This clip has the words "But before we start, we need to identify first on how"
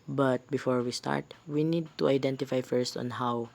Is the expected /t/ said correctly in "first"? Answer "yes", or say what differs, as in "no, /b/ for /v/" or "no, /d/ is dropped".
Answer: yes